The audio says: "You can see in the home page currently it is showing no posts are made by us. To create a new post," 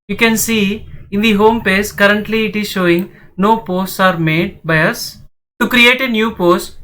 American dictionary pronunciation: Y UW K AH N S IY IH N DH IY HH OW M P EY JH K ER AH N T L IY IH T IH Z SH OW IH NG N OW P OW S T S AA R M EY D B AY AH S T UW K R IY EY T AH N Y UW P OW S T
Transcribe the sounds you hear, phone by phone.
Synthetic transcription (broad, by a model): Y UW K AH N S IY IH N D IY HH OW M P EY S K ER AH N T L IY IH T IH Z SH OW IH NG N OW P OW S T S AA R M EY D B AY AH S T UW K R IY EY T AH N Y UW P OW S T